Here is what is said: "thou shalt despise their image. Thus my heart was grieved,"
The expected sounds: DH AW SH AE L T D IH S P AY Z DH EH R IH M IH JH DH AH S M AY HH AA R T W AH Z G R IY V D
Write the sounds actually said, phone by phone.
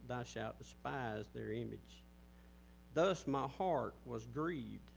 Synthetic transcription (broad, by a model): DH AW SH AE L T D IH S P AY Z DH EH R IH M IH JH DH AH S M AY HH AA R T W AH Z G R IY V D